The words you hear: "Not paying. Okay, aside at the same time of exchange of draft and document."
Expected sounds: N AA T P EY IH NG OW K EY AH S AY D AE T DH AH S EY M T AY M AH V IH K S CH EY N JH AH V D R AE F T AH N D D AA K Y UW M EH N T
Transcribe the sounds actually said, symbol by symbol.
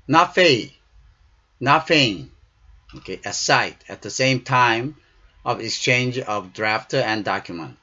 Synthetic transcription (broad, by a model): N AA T F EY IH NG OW K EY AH S AY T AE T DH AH S EY M T AY M AH V IH K S CH EY N JH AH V D R AE F T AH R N D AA K Y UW M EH N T